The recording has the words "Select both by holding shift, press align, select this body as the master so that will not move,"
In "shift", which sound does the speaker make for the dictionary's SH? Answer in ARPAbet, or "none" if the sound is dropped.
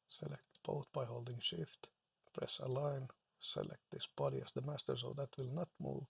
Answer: SH